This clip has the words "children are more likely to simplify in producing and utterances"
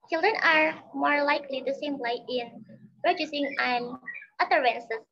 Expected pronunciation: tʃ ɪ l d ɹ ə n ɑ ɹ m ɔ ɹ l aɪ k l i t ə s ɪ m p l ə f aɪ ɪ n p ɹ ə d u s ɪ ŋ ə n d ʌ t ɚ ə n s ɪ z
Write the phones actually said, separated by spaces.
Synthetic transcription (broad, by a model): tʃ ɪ l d ɹ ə n ɑ ɹ m ɔ ɹ l aɪ k l i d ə s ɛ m l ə ɪ ɪ n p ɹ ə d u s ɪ ŋ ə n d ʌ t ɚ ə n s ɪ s